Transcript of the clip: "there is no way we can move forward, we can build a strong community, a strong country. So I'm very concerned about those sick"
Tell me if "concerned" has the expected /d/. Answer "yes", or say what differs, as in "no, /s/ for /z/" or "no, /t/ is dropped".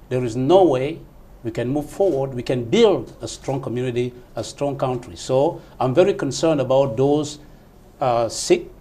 yes